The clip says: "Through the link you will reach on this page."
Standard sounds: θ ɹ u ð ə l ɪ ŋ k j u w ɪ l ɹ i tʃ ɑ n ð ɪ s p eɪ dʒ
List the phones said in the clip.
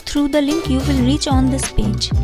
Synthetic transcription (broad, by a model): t ɹ u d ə l ɪ ŋ k j u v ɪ l ɹ i tʃ ɑ n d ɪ s p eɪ dʒ